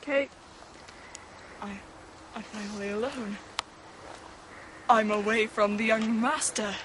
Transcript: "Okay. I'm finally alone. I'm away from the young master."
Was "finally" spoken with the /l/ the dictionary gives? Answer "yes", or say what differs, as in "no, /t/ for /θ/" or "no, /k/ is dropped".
yes